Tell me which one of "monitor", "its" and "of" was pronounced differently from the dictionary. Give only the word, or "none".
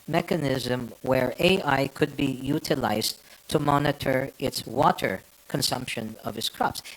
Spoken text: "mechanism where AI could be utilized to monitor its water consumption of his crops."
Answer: none